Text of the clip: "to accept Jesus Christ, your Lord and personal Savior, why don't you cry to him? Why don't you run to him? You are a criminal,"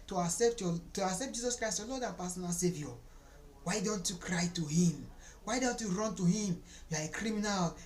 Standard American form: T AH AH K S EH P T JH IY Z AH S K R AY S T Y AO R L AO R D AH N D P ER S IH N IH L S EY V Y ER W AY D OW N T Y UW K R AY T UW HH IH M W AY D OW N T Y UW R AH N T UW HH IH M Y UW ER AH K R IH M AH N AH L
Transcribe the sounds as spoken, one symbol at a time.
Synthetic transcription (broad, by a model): T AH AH S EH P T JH IY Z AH S K R AY S T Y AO L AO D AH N P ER S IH N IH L S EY V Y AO W AY D OW N T Y UW K R AY T UW HH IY M W AY D OW N T Y UW R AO N T UW HH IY M Y UW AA AH K R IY M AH N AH L